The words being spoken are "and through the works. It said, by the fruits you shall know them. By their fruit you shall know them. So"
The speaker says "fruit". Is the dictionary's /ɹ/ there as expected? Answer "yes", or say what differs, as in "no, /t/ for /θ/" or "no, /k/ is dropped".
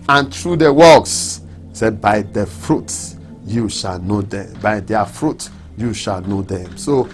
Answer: yes